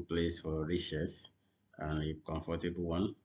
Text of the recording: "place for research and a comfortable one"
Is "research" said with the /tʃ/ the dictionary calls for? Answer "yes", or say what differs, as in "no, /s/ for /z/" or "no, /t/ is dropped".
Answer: no, /s/ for /tʃ/